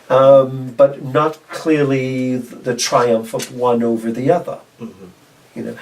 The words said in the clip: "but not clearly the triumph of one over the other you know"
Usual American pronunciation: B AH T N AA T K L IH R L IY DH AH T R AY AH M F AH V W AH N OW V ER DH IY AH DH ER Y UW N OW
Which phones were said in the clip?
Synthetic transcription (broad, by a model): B AH T N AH T K L IH R L IY DH AH T R AY AH M F AH V W AH N OW V ER DH IY AH DH ER Y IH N OW